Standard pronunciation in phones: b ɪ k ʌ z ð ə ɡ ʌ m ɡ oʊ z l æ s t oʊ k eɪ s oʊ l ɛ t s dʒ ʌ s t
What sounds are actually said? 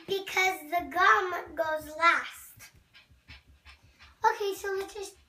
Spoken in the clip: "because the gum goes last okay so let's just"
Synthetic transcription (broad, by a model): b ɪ k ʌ z ð ə ɡ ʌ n ɡ oʊ z l æ s t oʊ k eɪ s oʊ w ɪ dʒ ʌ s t